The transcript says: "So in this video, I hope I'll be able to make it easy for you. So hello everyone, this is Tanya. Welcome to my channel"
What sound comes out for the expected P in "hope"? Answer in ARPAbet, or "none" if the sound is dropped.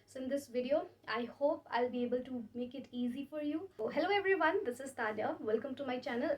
P